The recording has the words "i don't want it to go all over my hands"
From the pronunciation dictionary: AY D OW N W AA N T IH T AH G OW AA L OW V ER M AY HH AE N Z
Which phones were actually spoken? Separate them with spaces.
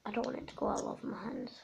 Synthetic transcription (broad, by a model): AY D OW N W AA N IH T AH G OW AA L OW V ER M AY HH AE N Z